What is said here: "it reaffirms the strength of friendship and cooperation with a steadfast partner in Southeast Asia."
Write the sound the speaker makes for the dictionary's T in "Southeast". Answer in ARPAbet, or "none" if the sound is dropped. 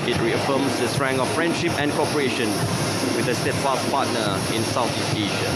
none